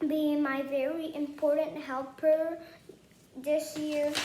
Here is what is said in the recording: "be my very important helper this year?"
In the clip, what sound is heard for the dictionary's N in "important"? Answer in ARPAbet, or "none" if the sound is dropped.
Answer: N